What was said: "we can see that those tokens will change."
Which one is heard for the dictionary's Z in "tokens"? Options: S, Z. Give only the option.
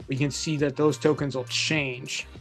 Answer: Z